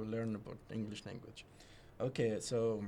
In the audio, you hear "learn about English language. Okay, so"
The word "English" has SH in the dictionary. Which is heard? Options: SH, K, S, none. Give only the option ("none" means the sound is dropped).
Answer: SH